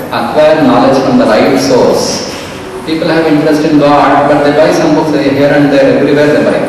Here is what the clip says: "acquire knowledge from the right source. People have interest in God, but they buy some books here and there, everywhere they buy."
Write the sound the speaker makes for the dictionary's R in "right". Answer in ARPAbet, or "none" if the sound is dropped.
L